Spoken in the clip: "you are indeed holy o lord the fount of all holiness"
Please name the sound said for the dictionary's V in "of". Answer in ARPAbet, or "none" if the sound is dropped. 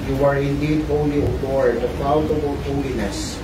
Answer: B